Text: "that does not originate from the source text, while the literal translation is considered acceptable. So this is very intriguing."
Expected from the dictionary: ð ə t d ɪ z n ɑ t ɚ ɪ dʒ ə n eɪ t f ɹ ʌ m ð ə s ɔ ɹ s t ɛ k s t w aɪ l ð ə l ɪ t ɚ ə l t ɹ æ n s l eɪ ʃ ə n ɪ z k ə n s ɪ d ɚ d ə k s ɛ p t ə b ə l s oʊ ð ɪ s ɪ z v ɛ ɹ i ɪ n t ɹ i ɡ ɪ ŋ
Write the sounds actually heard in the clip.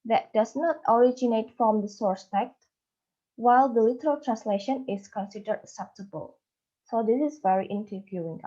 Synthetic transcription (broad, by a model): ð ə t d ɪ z n ɑ t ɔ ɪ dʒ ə n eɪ t f ɹ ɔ m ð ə s ɔ ɹ s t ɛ k t w aɪ l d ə l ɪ t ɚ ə l t ɹ æ n s l eɪ ʃ ə n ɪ s k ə n s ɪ d ɚ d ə s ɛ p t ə b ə l s oʊ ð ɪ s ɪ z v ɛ ɹ i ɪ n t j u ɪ ŋ